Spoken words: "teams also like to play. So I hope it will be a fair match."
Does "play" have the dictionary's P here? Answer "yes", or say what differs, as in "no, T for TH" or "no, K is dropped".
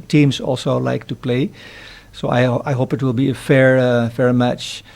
yes